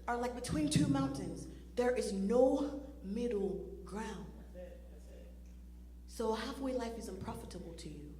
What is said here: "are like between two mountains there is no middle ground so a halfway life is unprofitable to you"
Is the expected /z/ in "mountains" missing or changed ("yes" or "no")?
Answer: no